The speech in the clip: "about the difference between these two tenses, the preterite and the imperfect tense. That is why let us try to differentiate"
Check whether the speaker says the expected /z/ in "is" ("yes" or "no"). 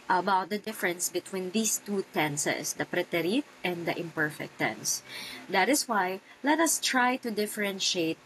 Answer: no